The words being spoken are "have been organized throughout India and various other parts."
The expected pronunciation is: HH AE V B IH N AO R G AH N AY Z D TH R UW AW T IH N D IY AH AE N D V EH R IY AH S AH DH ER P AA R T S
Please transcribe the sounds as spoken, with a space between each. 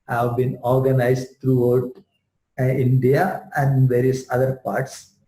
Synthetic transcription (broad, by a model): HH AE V B IH N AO R G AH N AY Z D T R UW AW T IH N D IY AH AE N D V EH R IY AH S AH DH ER P AA R T S